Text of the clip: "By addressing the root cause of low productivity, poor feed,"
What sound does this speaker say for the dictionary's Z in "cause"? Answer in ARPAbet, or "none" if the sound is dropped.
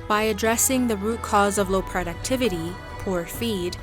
Z